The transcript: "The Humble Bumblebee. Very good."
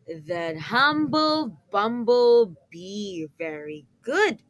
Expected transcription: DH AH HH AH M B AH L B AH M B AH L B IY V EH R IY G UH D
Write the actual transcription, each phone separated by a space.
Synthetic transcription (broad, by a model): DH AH HH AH M B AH L B AH M B AH L B IY V EH R IY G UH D